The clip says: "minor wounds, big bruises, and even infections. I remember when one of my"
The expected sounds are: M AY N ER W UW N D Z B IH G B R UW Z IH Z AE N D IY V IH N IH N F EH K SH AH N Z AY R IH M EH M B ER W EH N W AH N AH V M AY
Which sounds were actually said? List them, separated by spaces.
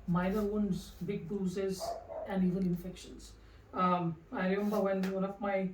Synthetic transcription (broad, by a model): M AY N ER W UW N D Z B IH G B UW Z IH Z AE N D IY V IH N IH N F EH K SH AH N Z AY R IH M EH M B ER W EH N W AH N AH F M AY